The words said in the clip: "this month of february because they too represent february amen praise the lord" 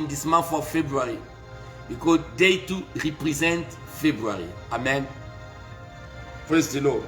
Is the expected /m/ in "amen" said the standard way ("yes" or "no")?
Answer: yes